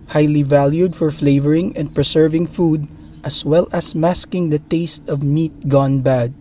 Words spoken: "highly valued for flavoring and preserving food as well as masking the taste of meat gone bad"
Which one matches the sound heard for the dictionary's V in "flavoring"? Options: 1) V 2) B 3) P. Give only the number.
1